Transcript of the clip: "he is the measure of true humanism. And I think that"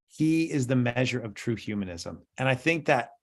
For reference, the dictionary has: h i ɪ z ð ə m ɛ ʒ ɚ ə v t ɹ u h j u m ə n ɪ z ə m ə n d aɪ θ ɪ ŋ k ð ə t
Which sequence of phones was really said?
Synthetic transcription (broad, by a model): h i ɪ z ð ə m ɛ ʒ ɚ ə v t ɹ u h j u m ə n ɪ z ə m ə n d aɪ θ ɪ ŋ k ð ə t